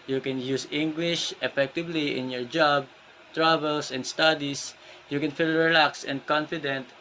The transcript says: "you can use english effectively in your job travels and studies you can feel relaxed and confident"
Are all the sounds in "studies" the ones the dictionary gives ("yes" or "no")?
no